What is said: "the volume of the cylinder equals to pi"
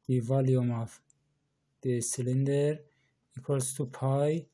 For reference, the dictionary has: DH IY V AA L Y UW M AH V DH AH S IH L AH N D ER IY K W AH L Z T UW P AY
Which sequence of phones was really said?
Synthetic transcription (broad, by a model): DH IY V AA L Y UW M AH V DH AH S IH L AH N D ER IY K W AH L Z T UW P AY